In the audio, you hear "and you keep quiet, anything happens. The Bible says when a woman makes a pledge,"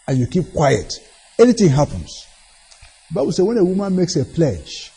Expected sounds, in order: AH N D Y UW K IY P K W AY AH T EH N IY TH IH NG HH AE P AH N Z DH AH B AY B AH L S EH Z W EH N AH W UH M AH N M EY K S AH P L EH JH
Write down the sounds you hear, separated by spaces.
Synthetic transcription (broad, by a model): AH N Y UW K IY P K W AY AH T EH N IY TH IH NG HH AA P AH N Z DH AH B AY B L S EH W EH N AH W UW M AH N M EY K S AH P L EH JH